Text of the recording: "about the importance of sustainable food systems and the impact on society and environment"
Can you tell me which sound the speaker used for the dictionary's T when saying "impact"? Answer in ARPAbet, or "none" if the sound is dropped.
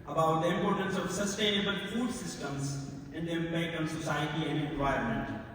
none